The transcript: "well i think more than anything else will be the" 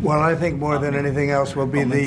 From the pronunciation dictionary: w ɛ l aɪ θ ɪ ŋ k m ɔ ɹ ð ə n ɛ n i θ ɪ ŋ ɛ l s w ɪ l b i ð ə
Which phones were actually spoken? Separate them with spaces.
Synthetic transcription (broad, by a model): w ɛ l aɪ θ ɪ ŋ k m ɔ ɹ ð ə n ɛ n i θ ɪ ŋ ɛ l s w ɪ l b i ð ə